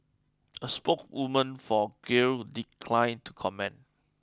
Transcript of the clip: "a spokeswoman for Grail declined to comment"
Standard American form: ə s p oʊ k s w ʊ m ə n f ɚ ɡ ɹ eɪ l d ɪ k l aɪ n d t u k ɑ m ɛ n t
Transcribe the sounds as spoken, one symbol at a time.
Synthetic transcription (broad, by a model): ə s p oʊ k w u m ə n f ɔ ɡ eɪ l d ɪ k l aɪ n t u k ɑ m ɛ n